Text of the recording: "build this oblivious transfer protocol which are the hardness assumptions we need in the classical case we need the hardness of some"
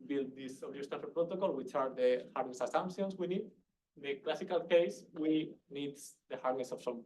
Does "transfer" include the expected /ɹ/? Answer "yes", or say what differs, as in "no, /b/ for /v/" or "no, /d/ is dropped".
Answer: no, /ɹ/ is dropped